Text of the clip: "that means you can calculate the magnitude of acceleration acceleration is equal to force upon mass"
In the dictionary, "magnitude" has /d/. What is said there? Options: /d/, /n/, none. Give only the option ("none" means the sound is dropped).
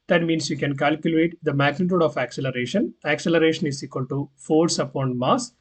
/d/